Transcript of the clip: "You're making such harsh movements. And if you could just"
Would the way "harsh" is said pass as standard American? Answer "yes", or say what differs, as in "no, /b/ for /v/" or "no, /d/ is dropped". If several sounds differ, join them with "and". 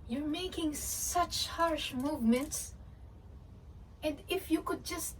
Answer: yes